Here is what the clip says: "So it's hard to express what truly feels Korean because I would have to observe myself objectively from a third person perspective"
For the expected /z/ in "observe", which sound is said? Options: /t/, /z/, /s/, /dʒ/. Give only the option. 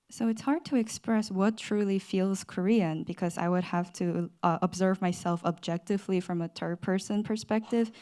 /z/